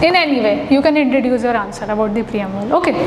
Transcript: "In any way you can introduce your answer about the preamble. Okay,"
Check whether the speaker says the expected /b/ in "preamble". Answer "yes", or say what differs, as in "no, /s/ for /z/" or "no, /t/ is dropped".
no, /b/ is dropped